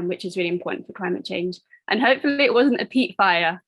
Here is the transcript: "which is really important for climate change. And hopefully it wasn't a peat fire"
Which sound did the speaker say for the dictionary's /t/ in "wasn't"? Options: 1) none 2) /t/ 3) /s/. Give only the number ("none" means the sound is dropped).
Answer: 2